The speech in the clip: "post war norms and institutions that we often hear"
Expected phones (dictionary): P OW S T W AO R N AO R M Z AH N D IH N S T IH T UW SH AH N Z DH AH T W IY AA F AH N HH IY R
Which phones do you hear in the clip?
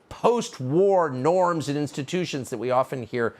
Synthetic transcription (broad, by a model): P OW S T W AO R N AO R M Z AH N IH N S T IH T UW SH AH N Z DH AH T W IY AA F AH N HH IY R